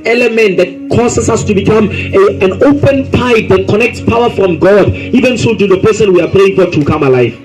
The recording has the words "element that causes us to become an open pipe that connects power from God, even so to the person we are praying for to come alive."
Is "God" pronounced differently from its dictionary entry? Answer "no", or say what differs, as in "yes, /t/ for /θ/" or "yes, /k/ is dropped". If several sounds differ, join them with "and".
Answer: no